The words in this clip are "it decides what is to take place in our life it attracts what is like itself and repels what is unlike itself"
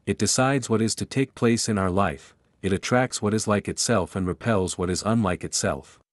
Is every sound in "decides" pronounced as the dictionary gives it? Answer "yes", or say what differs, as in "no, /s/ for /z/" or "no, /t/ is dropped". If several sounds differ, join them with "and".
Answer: yes